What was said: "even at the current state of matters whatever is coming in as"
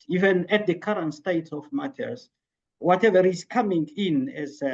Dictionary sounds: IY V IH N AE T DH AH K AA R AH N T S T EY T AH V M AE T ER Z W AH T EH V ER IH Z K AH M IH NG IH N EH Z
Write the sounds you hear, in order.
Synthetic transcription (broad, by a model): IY V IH N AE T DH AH K AA R AH N T S T EY T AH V M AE T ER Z W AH T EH V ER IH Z K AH M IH NG IH N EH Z